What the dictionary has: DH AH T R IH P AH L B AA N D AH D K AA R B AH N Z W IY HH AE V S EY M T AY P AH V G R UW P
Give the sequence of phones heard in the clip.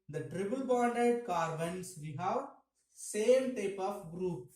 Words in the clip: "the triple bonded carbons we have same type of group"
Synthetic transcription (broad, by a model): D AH T R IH B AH L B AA N D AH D K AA R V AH N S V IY HH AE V S EY M T AY P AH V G R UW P